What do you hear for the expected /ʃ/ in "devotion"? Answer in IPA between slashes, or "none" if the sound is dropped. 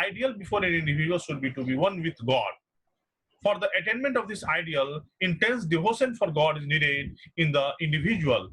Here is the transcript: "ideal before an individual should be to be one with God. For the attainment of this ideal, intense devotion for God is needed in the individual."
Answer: /s/